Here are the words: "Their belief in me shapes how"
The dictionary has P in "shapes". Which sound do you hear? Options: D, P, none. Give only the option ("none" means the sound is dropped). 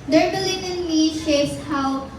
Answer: none